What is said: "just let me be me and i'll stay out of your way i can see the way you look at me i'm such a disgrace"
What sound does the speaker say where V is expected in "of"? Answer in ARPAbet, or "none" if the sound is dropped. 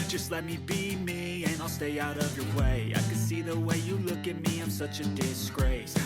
V